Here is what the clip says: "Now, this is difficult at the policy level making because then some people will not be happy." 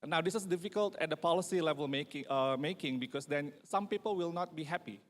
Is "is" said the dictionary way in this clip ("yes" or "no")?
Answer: no